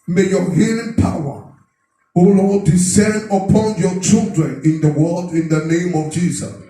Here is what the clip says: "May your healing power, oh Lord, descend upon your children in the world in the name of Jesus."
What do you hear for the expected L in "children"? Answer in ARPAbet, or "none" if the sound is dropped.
L